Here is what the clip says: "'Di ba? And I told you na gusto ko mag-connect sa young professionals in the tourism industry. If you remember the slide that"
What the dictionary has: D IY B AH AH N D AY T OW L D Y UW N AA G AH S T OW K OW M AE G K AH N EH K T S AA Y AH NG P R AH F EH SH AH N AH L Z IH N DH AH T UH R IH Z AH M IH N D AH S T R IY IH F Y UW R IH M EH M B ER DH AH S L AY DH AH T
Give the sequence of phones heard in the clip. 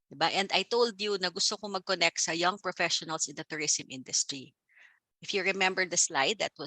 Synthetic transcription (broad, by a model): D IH B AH AH N D AY T OW L D Y UW N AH G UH S T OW K OW M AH G K AH N EH K T S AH Y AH NG P R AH F EH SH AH N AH L S IH N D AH T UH R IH S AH M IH N D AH S T R IY IH F Y UW R IH M EH M B ER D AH S L AY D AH T